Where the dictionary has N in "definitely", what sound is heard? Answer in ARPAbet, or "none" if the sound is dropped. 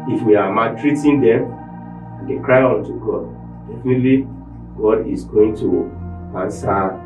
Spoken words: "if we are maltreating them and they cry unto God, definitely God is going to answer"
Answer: N